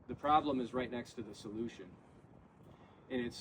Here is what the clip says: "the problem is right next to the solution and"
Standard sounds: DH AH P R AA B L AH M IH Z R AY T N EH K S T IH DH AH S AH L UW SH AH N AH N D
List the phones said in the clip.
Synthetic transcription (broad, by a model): DH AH P R AA B L AH M IH Z R AY T N EH K S T IH DH AH S AH L UW SH AH N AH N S